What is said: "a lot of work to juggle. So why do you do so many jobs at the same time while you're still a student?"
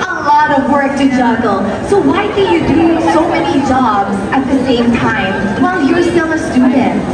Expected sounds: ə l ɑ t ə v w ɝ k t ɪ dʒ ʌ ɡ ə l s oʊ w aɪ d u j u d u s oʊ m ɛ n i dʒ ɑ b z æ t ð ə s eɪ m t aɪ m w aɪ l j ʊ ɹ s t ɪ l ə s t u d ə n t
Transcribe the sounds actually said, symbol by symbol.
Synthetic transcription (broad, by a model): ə l ɑ t ə v w ɝ k t ɪ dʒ ʌ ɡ l s oʊ w aɪ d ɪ j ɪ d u s oʊ m ɛ n i dʒ ɑ b z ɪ t ð ə s eɪ m t aɪ m w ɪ l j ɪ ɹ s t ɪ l ə s t u d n t